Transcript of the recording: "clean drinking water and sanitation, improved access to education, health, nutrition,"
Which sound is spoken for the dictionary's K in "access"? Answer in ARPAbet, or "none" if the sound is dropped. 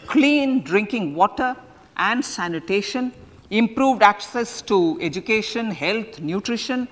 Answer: K